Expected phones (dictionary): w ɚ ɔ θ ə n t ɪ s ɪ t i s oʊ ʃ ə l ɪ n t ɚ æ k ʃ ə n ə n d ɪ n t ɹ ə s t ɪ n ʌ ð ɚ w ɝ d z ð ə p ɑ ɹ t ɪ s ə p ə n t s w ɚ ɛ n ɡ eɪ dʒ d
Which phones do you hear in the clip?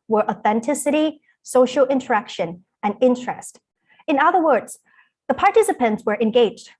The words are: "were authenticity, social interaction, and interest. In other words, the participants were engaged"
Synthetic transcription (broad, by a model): w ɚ ɔ θ ə n t ɪ s ɪ t i s oʊ ʃ l ɪ n t ɚ æ k ʃ ə n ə n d ɪ n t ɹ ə s t ɪ n ʌ ð ɚ w ɝ d z ð ə p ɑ ɹ t ɪ s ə p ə n t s w ɚ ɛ n ɡ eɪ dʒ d